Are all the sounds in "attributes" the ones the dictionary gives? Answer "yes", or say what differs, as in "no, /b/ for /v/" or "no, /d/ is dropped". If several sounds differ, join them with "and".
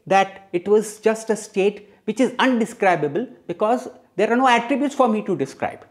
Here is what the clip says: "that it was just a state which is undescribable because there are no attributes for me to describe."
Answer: yes